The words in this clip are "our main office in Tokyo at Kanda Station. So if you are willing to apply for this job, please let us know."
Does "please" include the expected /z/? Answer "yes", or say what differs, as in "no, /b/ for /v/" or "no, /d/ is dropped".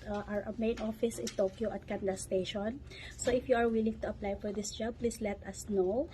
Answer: no, /s/ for /z/